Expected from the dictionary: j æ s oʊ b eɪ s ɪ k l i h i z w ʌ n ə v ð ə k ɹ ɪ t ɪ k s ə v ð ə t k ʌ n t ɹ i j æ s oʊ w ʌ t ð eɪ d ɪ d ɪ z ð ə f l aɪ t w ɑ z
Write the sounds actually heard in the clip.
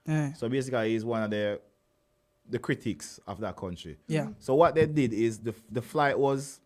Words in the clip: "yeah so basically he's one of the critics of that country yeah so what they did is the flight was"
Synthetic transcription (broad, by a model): s oʊ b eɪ s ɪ k i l i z w ʌ n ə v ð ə k ɹ ɪ t ɪ k s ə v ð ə t k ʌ n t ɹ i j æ s oʊ w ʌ t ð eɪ d ɪ d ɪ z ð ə f l aɪ t w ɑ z